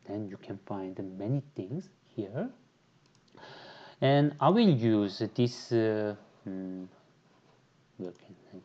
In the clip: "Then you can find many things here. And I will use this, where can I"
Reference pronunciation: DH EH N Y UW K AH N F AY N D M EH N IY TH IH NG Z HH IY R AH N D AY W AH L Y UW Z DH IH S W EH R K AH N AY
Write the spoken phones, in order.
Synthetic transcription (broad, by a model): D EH N Y UW K AH N F AY N D M EH N IY T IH NG S HH IY R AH N AY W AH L Y UW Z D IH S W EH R K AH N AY